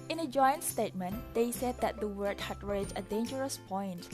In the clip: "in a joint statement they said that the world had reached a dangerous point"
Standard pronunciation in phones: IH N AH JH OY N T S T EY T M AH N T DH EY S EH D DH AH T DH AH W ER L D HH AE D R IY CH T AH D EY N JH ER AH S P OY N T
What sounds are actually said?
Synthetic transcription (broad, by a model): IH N AH JH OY N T S T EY T M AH N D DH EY S EH D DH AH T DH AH W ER D HH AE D R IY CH AH D EY N JH ER AH S P OY N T